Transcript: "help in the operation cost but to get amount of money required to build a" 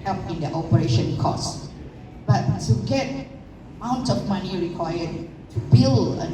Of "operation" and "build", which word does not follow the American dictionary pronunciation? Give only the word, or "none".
build